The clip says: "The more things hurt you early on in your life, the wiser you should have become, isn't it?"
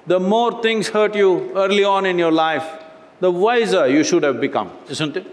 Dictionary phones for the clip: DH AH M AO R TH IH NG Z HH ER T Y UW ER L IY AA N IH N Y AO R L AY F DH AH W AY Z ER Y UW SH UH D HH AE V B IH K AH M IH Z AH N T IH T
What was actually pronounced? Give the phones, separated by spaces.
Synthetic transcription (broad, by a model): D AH M AO R T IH NG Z HH ER T Y UW ER L IY AA N IH N Y AO R L AY F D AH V AY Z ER Y UW SH UH D HH AE V B IH K AH M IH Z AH N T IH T